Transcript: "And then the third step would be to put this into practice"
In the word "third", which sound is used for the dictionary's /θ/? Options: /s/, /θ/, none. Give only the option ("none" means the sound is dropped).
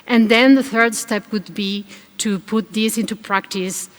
/θ/